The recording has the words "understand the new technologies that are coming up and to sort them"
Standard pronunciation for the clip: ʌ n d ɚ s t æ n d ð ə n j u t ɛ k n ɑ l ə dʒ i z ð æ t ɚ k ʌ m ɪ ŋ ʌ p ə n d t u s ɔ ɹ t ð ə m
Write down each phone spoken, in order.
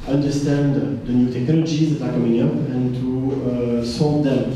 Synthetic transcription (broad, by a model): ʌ n d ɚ s t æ n d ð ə n j u t ɛ k n ɑ l ə dʒ i z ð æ t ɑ k ʌ m ɪ ŋ ʌ p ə n t u s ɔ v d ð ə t